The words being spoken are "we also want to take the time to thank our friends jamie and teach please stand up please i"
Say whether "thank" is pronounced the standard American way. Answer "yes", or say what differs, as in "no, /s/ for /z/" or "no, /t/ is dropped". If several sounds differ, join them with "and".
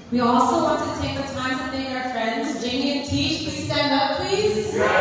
no, /t/ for /θ/ and /ŋ/ is dropped